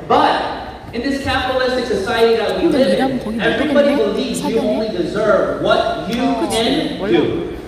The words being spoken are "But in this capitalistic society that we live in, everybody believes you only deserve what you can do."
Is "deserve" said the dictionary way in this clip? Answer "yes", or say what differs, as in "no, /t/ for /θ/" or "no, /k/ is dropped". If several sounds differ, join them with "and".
yes